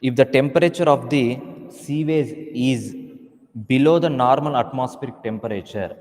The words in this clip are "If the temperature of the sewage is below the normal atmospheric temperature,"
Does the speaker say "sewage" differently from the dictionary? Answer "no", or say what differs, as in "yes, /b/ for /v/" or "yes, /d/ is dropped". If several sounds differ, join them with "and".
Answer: yes, /z/ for /dʒ/